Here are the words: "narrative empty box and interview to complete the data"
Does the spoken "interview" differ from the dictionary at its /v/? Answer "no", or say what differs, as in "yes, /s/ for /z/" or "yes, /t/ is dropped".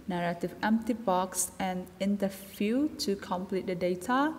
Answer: yes, /f/ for /v/